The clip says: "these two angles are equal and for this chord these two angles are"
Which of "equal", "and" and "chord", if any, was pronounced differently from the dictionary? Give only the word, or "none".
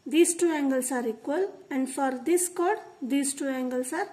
none